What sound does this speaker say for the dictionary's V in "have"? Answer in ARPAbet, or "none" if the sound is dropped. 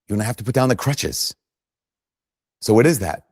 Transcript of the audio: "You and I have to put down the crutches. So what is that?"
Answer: F